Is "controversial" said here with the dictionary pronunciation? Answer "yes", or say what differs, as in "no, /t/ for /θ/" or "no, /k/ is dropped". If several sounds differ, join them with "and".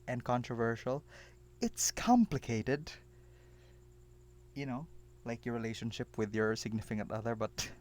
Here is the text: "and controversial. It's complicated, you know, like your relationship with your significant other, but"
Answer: yes